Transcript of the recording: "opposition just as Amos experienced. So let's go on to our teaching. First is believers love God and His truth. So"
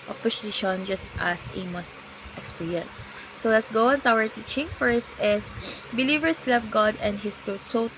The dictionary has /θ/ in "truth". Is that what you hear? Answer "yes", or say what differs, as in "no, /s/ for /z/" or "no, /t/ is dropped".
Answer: no, /t/ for /θ/